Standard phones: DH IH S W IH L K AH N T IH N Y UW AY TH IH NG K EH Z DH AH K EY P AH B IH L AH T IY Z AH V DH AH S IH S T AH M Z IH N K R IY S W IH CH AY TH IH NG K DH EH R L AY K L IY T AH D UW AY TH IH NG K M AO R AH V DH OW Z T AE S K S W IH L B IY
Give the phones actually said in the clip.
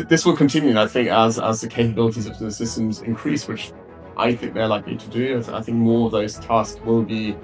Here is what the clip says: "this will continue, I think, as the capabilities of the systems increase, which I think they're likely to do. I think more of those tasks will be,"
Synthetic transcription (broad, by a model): DH IH S W IH L K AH N T IH N Y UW AY TH IH NG K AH Z DH AH K EY P AH B IH L AH T IY Z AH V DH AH S IH S T AH M Z IH N K R IY S W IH CH AY TH IH NG K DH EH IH L AY K L IY T AH D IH AY TH IH NG K M AO R AH V DH OW Z T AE S K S W IH L B IY